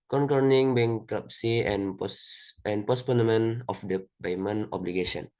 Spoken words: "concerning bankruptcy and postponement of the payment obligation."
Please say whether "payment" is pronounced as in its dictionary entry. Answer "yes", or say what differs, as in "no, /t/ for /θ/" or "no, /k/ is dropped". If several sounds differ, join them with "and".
no, /b/ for /p/